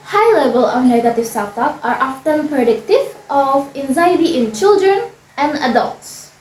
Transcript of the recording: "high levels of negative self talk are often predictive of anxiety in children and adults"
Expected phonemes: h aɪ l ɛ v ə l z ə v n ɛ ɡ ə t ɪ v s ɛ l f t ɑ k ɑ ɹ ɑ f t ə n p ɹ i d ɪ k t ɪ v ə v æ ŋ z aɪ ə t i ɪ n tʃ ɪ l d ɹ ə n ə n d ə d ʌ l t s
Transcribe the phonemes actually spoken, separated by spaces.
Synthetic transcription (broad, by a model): h aɪ l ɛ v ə l ə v n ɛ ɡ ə t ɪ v s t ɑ t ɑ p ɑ ɹ ɑ f t ə n p ɹ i d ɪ k t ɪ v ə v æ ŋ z aɪ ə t i ɪ n tʃ ɪ l d ɹ ə n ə n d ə d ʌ l t s